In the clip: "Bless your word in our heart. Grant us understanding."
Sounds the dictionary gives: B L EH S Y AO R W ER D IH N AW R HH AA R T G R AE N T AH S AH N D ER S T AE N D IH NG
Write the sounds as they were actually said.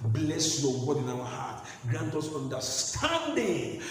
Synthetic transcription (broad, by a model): B L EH S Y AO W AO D IH N AW W HH AA T G R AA N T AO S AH N D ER S T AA N D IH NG